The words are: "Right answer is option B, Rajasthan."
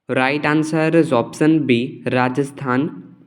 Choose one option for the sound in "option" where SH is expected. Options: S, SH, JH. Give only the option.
S